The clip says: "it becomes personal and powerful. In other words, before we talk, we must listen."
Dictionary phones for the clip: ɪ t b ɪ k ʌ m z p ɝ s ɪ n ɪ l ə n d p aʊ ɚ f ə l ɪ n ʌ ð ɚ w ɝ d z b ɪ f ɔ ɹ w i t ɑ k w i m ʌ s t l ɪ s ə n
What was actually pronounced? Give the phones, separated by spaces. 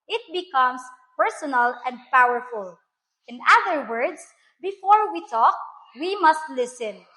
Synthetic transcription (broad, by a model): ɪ t b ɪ k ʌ m s p ɝ s ɪ n ɪ l ə n d p aʊ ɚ f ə l ɪ n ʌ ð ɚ w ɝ d s b ɪ f ɔ ɹ w i t ɑ k w i m ʌ s t l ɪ s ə n